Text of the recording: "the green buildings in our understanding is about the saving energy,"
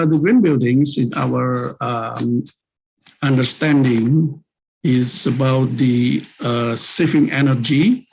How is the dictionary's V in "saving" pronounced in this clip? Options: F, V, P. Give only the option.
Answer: F